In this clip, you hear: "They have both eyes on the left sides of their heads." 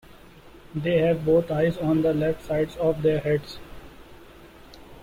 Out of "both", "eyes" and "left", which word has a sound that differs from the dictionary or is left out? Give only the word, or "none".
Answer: both